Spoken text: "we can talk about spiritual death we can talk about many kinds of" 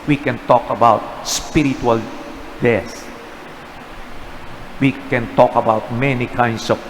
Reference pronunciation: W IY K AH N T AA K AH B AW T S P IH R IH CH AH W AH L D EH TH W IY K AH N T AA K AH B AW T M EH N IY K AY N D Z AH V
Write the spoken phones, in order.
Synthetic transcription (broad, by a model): W IY K AH N T AA K AH B AW T S P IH R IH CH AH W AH L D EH S W IY K AH N T AA K AH B AW T M EH N IY K AY N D S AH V